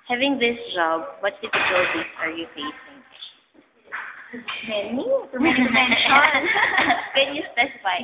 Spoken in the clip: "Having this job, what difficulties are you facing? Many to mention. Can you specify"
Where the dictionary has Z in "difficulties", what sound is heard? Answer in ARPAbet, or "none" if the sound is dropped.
S